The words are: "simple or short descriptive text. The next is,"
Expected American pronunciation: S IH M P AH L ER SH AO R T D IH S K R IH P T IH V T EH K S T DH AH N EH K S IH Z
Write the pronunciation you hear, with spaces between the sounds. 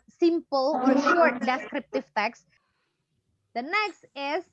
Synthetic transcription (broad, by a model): S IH M P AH L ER SH AO R T D IH S K R IH P T IH V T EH K S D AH N EH K S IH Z